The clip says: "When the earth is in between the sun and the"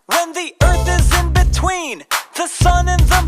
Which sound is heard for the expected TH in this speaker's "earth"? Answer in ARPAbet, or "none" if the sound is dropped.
TH